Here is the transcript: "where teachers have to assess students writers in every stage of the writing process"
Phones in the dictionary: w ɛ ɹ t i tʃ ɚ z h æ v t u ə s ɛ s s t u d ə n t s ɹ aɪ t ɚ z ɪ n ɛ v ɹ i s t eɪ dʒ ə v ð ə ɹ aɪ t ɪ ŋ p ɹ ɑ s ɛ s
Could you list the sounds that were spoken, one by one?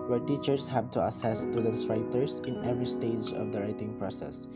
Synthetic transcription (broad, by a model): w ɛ ɹ t i tʃ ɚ s h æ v t u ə s ɛ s s t u d ə n t s ɹ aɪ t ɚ s ɪ n ɛ v ɹ i s t eɪ dʒ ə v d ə ɹ aɪ t ɪ ŋ p ɹ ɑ s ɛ s